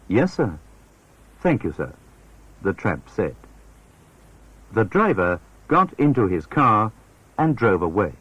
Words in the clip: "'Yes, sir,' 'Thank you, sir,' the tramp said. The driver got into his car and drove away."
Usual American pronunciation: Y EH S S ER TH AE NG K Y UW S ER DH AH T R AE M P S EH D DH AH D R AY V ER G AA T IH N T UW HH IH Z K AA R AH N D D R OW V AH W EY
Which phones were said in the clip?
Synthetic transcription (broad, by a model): Y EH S S ER TH AE NG K Y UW S ER DH AH T R AE M P S EH D DH AH D R AY V ER G AA T IH N T UW IH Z K AA R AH N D D R OW V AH W EY